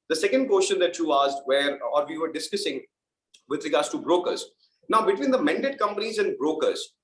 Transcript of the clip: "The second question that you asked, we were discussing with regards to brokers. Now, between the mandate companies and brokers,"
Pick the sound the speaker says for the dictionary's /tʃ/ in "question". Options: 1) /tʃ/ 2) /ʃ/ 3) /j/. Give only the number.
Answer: 2